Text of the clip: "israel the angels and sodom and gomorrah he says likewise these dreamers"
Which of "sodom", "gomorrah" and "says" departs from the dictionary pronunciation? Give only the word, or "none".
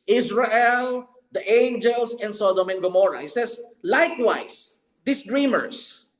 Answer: says